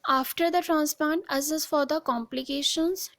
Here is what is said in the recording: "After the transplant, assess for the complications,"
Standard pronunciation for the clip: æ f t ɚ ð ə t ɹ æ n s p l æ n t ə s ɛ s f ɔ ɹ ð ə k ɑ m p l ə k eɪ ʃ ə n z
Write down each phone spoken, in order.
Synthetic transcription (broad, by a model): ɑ f t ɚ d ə t ɹ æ n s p æ n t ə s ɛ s f ɔ ɹ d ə k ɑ m p l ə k eɪ ʃ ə n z